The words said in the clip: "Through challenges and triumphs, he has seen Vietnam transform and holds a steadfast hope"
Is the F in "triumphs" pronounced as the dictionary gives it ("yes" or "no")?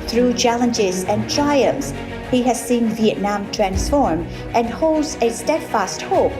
no